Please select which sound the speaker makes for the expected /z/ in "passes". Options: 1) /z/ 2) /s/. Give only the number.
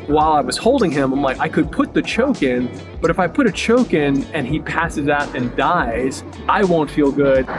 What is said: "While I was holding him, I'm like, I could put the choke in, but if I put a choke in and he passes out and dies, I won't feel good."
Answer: 1